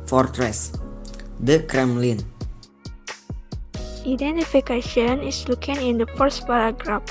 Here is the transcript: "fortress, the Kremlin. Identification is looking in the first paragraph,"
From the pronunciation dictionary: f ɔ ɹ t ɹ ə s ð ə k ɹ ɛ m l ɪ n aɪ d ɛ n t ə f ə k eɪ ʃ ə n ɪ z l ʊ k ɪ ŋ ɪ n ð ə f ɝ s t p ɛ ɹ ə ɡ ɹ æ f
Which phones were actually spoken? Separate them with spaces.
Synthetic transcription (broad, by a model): f ɔ ɹ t ɹ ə s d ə k ɹ ɛ m l ɪ n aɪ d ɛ n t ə f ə k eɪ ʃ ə n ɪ s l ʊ k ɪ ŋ ɪ n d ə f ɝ s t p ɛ ɹ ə ɡ ɹ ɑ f